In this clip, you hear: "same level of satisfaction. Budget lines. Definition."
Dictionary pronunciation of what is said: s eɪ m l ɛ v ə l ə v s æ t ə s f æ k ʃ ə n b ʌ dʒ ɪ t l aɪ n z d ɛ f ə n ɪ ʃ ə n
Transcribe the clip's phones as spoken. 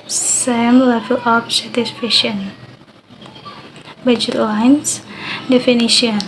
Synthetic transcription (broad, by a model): s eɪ m l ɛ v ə l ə f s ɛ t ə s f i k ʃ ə n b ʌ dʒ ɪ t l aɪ n s d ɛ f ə n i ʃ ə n